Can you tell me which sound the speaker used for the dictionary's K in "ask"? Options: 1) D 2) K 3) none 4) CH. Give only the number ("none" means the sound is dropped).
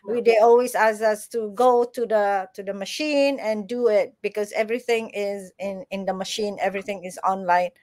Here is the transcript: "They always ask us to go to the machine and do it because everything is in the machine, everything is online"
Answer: 3